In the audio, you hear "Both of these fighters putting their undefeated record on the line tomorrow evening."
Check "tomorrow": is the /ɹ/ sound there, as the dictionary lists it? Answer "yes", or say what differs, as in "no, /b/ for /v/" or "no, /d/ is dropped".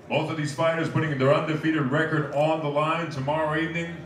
yes